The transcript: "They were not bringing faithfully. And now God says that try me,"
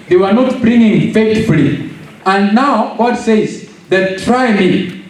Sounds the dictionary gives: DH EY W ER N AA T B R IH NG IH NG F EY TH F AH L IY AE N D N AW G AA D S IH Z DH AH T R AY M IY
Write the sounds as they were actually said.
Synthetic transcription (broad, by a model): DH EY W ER N AA T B R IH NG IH NG F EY T F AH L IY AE N D N AW G AA D S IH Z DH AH T R AY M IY